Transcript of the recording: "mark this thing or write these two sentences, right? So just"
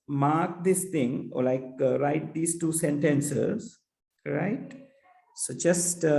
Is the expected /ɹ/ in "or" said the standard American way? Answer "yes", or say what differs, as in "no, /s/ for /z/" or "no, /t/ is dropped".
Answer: no, /l/ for /ɹ/